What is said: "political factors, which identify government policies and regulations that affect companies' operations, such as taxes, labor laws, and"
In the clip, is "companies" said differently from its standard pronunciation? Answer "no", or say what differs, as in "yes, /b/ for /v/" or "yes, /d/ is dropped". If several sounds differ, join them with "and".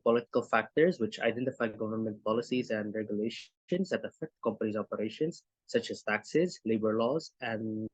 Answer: no